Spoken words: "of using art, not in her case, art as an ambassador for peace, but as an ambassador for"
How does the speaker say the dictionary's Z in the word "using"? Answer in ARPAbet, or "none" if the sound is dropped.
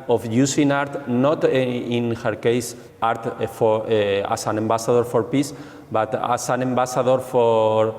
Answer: S